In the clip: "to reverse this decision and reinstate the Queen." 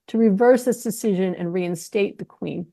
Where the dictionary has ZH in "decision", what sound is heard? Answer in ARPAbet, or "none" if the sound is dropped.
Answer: ZH